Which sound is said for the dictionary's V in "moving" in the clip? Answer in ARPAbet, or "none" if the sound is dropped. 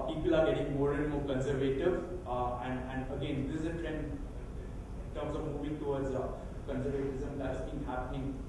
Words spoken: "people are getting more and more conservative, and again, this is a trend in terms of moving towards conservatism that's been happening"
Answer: B